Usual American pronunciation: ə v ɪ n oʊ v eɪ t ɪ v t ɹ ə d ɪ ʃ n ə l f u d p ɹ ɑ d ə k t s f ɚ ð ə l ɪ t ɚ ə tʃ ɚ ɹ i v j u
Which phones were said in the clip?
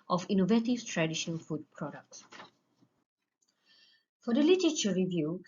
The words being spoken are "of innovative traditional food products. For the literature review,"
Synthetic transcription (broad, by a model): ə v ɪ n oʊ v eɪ t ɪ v t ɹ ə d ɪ ʃ ə n f u d p ɹ ɑ d ə k t s f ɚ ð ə l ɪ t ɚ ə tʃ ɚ ɹ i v j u